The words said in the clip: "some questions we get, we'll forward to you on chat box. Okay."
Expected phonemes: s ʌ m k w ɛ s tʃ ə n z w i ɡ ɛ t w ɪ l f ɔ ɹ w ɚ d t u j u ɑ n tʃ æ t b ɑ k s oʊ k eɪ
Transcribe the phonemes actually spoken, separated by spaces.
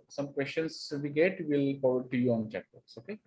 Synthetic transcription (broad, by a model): s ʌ m k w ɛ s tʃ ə n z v i ɡ ɛ t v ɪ l p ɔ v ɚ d t u j u ɑ n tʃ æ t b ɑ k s oʊ k eɪ